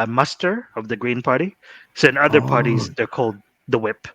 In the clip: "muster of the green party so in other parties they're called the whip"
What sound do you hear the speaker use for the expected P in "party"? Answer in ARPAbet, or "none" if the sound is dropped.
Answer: P